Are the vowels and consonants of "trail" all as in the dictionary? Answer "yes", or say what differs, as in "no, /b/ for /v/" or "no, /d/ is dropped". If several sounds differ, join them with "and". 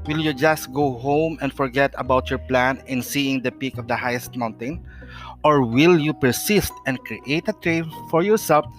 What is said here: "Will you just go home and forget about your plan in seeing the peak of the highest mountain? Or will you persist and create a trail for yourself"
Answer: no, /n/ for /l/